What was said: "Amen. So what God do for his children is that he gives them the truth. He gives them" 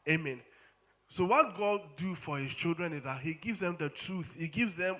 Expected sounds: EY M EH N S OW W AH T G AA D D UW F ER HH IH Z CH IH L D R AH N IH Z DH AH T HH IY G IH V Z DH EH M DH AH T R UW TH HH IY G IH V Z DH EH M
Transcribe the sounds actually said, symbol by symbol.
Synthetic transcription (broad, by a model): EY M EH N S OW W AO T G AA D D UW F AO HH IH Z CH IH L D R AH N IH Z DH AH T HH IY G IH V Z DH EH M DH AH T R UW TH HH IY G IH V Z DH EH M